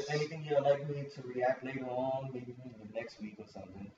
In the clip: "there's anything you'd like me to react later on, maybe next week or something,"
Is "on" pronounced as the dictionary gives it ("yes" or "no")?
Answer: yes